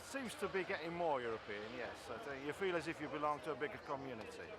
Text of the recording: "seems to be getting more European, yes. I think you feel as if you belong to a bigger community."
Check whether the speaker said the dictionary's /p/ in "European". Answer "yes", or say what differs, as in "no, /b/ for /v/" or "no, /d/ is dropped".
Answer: yes